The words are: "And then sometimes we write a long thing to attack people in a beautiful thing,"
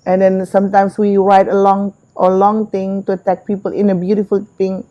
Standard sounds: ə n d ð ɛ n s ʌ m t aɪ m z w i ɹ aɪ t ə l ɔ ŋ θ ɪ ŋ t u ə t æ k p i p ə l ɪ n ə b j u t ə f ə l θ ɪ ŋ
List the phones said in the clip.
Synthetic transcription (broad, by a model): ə n d ɛ n s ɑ m t aɪ m s w i w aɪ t ə l ɔ ŋ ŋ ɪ ŋ t u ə t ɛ k p i p ə l ɪ n ə b j u t ə f ə l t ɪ ŋ